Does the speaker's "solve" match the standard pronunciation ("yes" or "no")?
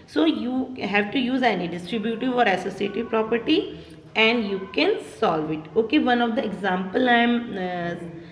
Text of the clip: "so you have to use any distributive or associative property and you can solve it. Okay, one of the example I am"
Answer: yes